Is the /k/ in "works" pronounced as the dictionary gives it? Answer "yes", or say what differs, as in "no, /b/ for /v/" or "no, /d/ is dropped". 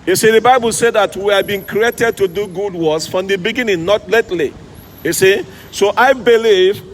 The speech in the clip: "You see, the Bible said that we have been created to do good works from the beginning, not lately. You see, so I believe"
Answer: no, /k/ is dropped